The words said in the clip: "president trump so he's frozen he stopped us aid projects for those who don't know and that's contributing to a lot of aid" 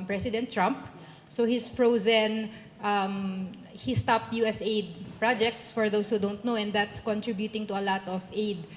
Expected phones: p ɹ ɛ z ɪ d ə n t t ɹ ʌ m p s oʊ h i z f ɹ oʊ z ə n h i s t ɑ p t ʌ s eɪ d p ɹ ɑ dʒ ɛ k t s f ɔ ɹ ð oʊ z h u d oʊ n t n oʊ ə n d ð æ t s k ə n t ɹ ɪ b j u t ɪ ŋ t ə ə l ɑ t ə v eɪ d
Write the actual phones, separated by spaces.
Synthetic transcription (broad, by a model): p ɹ ɛ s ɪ d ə n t t ɹ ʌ m p s oʊ h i s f ɹ oʊ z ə n h i s t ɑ p t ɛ s eɪ d p ɹ ɑ dʒ ɛ k t s f ɔ ɹ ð oʊ s h u d oʊ n t n oʊ ə n d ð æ t s k ə n t ɹ ɪ b j u t ɪ ŋ t ə ə l ɑ t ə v eɪ d